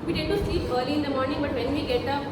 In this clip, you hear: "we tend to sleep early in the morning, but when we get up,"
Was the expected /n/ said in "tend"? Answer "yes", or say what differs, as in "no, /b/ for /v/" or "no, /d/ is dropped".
no, /n/ is dropped